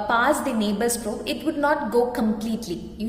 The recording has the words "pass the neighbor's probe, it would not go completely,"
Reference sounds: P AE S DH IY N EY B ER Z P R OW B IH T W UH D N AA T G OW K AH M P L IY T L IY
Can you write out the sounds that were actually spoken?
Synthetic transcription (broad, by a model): P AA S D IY N EY B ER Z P R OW IH T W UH D N AA T G OW K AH M P L IY T L IY